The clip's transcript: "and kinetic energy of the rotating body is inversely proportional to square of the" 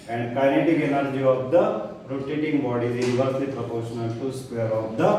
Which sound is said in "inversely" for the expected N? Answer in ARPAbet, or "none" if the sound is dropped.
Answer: none